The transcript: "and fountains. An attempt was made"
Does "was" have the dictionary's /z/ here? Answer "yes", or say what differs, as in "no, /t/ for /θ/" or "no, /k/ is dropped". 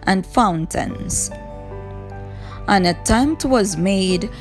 yes